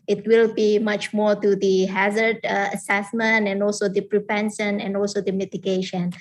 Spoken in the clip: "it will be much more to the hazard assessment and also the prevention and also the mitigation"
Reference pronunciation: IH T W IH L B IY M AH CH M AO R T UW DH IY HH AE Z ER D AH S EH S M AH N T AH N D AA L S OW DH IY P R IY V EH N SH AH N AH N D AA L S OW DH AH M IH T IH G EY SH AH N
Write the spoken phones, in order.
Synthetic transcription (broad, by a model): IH T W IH L B IY M AH CH M AO R T UW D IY HH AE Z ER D AH S EH S M AH N T AH N D AA L S OW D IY P R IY P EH N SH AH N AH N D AA L S OW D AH M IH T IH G EY SH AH N